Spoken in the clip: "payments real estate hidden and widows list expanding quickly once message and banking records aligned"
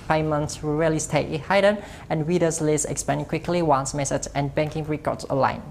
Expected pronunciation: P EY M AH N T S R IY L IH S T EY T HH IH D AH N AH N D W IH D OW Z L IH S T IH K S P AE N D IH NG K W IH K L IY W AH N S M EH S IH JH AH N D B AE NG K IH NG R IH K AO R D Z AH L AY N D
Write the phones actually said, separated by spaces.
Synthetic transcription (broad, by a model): P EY M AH N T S R IY L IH S T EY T HH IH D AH N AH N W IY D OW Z L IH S IH K S P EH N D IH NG K W IH K L IY W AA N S M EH S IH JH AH N B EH NG K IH NG R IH K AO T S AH L AY N